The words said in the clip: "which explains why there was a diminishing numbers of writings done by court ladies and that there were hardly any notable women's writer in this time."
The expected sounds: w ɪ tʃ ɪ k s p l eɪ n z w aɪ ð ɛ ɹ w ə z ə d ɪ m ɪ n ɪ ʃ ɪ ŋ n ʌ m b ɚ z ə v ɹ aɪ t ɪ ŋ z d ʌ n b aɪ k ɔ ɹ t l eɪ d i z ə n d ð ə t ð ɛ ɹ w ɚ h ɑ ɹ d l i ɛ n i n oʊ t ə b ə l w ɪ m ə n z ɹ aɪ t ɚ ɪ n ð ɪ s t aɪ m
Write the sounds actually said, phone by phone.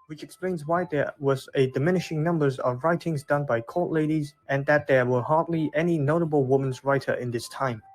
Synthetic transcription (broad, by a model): w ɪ tʃ ɪ k s p l eɪ n z w aɪ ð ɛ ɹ w ə z ə d ɪ m ɪ n ɪ ʃ ɪ ŋ n ʌ m b ɚ z ə v ɹ aɪ t ɪ ŋ z d ʌ n b aɪ k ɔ l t l eɪ d i z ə n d ð ə t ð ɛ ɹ w ɚ h ɑ ɹ d l i ɛ n i n oʊ t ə b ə l w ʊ m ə n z ɹ aɪ t ɚ ɪ n ð ɪ s t aɪ m